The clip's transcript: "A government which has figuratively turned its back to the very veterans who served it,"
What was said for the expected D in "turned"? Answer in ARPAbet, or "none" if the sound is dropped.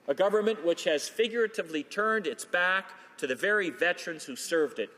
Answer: D